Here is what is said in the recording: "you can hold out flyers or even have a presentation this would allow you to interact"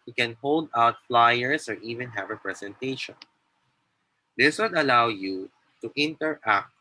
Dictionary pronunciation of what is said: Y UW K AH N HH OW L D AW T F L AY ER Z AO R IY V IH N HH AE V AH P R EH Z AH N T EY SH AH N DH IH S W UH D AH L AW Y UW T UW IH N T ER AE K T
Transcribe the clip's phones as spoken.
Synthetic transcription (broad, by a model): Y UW K AH N HH OW L D AW T F L AY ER S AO R IY V IH N HH AE V AH P R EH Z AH N T EY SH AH N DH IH S W UH D AH L AW Y UW T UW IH N T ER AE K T